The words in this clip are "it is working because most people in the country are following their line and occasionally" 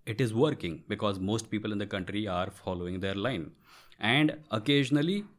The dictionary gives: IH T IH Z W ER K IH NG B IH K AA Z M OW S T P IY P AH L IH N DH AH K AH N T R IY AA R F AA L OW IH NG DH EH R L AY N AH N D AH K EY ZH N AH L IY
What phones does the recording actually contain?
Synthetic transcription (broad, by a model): IH T IH Z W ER K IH NG B IH K AA Z M OW S T P IY P AH L IH N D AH K AH N T R IY AA R F AA L OW IH NG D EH R L AY N AH N D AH K EY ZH N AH L IY